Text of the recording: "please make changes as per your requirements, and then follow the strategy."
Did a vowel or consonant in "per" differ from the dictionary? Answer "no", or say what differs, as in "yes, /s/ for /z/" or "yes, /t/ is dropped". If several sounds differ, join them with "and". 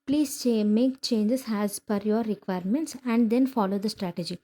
yes, /f/ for /p/